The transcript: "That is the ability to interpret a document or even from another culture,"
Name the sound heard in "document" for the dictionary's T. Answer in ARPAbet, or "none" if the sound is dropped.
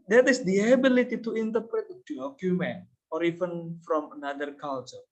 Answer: none